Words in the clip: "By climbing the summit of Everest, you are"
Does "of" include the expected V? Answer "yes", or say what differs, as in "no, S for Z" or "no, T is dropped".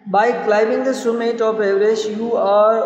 no, P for V